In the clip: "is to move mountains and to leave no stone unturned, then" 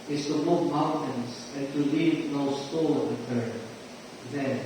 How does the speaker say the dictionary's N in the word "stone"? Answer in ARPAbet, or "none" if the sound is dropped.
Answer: L